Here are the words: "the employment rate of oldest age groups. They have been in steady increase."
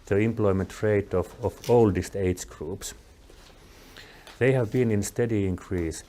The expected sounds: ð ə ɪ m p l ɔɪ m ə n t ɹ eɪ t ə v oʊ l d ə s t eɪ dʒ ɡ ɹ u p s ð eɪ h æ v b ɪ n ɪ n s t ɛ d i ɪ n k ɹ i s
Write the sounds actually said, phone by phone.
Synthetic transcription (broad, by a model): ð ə ɪ m p l ɔɪ m ə n t ɹ eɪ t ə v oʊ l d ə s t eɪ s ɡ ɹ u p s ð eɪ h æ v b ɪ n ɪ n s t ɛ d i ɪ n k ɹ i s